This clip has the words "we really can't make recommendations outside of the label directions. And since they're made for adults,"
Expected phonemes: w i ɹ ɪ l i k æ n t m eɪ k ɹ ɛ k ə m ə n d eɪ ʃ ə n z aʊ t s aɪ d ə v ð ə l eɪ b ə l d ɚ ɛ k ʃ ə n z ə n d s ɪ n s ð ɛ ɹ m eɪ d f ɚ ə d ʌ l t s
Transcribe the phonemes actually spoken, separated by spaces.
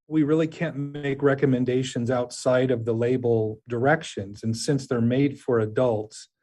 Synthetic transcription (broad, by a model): w i ɹ ɪ l i k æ n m eɪ k ɹ ɛ k ə m ə n d eɪ ʃ ə n z aʊ t s aɪ d ə v ð ə l eɪ b l d ɚ ɛ k ʃ ə n z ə n s ɪ n s ð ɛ ɹ m eɪ d f ɚ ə d ʌ l t s